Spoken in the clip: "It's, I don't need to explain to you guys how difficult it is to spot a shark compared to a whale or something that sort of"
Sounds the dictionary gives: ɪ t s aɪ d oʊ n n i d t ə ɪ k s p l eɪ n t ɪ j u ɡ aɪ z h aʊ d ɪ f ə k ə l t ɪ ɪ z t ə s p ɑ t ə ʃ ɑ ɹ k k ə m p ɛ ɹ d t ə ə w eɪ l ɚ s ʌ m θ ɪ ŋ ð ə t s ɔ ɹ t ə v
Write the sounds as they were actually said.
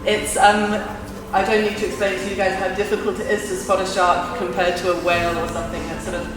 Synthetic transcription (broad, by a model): ɪ t s aɪ d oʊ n n i d t ə ɪ k s p l eɪ n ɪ j u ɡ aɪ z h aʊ d ɪ f ə k ə l t ɪ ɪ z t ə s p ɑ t ə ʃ ɑ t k k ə m p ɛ d t ə ə w eɪ l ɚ s ʌ m θ ɪ ŋ ð ə t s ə